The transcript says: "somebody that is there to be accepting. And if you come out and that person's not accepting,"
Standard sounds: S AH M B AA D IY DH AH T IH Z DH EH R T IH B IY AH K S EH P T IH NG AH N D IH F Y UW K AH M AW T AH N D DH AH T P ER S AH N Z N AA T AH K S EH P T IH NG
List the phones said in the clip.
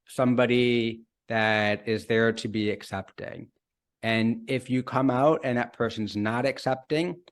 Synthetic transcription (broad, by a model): S AH M B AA D IY DH AH T IH Z DH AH R T IH B IY AH K S EH P T IH NG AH N IH F Y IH K AH M AW T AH N DH AH T P ER S AH N Z N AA T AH K S EH P T IH NG